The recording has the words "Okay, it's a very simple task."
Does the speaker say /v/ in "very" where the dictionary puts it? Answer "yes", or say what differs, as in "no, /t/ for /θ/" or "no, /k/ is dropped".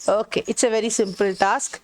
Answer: yes